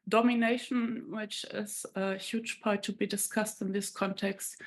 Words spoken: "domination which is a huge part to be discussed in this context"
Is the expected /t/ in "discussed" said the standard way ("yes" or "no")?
yes